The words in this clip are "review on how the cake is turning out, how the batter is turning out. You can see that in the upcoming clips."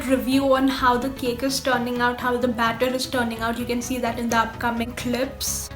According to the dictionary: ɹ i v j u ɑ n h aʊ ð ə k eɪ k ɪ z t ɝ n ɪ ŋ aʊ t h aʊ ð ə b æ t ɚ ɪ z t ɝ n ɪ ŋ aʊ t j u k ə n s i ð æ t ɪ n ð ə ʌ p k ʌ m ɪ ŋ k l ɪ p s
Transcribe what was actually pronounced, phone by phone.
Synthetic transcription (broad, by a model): ɹ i v j u ɑ n h aʊ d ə k eɪ k ɪ z t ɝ n ɪ ŋ aʊ t h aʊ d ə b æ t ɚ ɪ z t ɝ n ɪ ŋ aʊ t j u k ə n s i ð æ t ɪ n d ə ʌ p k ʌ m ɪ ŋ k l ɪ p s